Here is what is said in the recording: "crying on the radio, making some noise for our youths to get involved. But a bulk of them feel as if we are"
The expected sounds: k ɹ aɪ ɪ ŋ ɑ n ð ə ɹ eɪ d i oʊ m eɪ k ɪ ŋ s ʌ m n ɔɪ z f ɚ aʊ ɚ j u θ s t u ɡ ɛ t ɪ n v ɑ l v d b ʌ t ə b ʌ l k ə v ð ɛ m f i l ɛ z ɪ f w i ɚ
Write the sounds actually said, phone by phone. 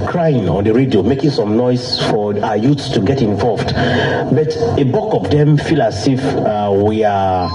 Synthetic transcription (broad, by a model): k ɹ aɪ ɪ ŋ ɑ n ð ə ɹ eɪ d i oʊ m eɪ k ɪ ŋ s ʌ m n ɔɪ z f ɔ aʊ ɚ j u t s t u ɡ ɛ t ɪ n v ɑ l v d b ʌ t ə b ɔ k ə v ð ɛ m f i l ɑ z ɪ f w i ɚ